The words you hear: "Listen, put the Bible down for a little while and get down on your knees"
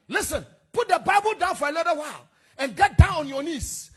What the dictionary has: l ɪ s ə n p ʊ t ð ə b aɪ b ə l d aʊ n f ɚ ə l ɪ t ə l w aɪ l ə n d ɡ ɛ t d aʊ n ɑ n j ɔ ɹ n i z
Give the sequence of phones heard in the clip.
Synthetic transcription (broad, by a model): l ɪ s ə n p ʊ t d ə b aɪ b ə l d aʊ n f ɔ ə n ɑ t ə w aɪ l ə n ɡ ɛ t d aʊ n ɑ n j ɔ n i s